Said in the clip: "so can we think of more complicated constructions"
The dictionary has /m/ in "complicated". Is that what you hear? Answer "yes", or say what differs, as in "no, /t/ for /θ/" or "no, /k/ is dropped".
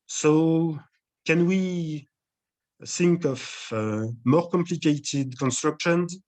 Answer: yes